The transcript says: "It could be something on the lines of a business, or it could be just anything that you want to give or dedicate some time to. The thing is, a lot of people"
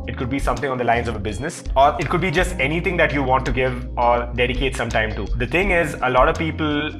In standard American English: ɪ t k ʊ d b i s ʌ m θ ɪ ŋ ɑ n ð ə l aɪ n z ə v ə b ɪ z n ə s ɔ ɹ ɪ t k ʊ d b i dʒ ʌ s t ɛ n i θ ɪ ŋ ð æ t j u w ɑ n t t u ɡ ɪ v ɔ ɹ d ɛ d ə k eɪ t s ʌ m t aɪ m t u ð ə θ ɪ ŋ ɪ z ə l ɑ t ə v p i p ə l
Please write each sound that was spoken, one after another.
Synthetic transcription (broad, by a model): ɪ t k ʊ d b i s ʌ m t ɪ ŋ ɑ n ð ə l aɪ n z ə v ə b ɪ z n ə s ɔ ɹ ɪ t k ʊ d b i dʒ ʌ s t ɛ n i t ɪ ŋ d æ t j u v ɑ n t t u ɡ ɪ v ɔ ɹ d ɛ d ə k eɪ t s ʌ m t aɪ m t u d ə t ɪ ŋ ɪ z ə l ɑ t ə v p i p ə l